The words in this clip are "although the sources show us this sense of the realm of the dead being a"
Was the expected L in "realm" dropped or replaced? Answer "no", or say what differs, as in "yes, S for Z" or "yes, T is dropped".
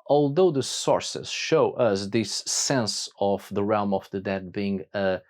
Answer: no